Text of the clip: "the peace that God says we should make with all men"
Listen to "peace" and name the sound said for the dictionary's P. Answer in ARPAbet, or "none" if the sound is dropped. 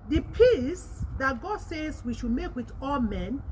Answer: P